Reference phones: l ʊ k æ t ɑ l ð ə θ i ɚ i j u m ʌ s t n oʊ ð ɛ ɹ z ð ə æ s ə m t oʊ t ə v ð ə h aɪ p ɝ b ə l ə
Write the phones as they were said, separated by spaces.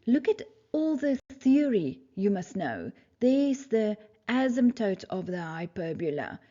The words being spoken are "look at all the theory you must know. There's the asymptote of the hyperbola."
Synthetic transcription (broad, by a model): l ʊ k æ t ɑ l ð ə θ i ɚ i j u m ʌ s t n oʊ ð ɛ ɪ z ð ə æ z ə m t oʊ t ə v ð ə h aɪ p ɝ b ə l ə